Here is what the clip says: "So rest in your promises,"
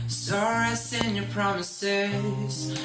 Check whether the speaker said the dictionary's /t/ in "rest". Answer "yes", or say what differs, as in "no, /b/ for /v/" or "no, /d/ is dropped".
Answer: no, /t/ is dropped